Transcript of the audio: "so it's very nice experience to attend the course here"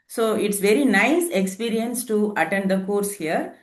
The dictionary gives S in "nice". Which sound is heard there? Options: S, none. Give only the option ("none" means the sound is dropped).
S